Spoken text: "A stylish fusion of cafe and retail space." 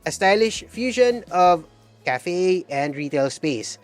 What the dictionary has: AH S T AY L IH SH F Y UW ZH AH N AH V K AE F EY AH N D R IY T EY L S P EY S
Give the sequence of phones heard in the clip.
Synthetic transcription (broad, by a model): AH S T AY L IH SH F Y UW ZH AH N AH V K AE F EY AH N D R IY T EY L S P EY S